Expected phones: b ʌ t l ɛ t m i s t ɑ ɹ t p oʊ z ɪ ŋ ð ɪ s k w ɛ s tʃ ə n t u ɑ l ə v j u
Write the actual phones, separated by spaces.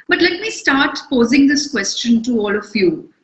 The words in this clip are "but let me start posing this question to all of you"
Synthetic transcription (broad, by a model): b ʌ t l ɛ t m i s t ɑ ɹ t p oʊ z ɪ ŋ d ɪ s k w ɛ s tʃ ə n t u ɑ l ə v j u